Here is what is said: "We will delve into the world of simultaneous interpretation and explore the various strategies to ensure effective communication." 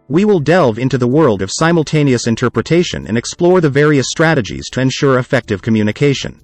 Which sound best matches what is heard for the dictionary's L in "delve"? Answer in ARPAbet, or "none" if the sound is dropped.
L